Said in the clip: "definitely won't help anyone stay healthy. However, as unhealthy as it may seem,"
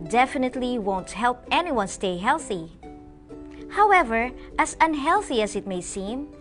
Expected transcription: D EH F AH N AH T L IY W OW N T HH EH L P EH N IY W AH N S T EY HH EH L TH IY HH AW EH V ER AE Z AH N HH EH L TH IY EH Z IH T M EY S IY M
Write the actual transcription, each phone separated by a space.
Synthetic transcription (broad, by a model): D EH F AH N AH T L IY W OW N T HH EH L P EH N IY W AH N S T EY HH EH L TH IY HH AW EH V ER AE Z AH N HH EH L TH IY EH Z IH T M EY S IY M